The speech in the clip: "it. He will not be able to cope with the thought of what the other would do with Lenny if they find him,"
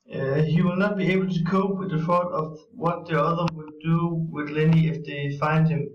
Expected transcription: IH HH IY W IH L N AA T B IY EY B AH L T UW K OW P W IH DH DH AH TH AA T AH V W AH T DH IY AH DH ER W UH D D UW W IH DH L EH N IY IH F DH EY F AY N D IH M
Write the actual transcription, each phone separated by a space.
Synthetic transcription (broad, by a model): HH IY W IH L N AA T B IY EY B L T UW K OW P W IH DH DH AH F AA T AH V W AH T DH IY AH DH ER W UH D D UW W IH DH L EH N IY IH F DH EY F AY N D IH M